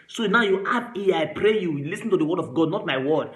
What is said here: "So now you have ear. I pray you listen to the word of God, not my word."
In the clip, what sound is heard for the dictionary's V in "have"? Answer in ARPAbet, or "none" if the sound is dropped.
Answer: P